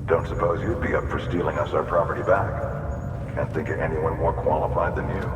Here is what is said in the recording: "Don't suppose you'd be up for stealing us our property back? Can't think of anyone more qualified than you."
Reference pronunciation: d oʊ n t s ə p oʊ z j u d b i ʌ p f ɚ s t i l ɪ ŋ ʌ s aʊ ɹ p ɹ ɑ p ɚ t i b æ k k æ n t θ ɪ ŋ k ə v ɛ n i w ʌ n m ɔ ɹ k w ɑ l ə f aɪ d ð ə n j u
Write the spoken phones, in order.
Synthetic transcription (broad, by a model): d oʊ n t s ə p oʊ z j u d b i ʌ p f ɚ s t i l ɪ ŋ ʌ s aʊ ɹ p ɹ ɑ p ɚ t i b æ k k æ n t θ ɪ ŋ k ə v ɛ n i w ʌ n m ɔ ɹ k w ɑ l ə f aɪ d ð ə n j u